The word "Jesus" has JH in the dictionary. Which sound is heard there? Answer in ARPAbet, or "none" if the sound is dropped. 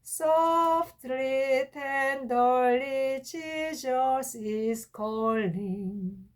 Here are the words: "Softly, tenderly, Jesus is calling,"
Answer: CH